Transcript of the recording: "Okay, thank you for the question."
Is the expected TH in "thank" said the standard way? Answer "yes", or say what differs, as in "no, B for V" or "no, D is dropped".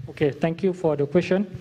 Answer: no, T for TH